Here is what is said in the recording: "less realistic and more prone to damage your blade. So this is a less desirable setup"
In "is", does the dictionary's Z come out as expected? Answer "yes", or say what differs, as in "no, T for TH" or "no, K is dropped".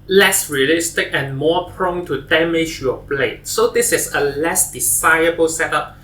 no, S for Z